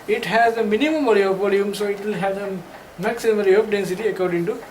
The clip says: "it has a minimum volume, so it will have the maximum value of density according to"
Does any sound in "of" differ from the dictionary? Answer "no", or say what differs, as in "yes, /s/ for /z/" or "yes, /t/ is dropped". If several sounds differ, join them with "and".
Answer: yes, /p/ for /v/